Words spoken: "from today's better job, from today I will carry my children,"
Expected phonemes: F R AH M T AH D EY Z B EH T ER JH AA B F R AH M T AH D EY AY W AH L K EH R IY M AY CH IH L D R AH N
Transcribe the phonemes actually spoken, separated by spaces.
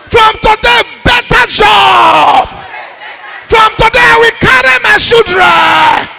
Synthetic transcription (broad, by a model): F R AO M T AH D EY B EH T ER JH AA B F R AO M T AH D EY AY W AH K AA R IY M AY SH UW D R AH